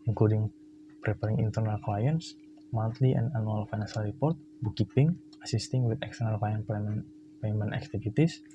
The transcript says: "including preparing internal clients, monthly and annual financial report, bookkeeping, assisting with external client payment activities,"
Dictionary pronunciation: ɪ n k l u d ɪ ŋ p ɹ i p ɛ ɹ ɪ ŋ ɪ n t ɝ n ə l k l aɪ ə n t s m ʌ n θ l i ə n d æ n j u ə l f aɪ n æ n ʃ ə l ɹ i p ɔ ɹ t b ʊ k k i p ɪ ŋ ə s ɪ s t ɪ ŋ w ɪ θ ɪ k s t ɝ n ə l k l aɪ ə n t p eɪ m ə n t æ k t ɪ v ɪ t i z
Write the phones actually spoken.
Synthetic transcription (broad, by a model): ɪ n k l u d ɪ ŋ p ɹ i p ɛ ɹ ɪ ŋ ɪ n t ɝ n ə l k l aɪ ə n s m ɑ n t l i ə n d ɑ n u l f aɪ n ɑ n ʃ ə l ɹ i p ɔ ɹ t b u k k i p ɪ ŋ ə s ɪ s t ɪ ŋ w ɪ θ ɪ k s t ɝ n ə l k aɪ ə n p p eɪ m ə n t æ k t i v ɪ t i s